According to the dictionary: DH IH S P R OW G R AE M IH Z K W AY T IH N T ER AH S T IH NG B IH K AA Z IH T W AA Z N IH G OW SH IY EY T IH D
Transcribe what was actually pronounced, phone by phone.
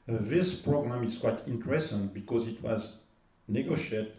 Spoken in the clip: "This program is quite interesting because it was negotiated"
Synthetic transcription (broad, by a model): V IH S P R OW G R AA M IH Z K W AY T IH N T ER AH S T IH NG B IH K AA Z IH T W AA Z N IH G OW SH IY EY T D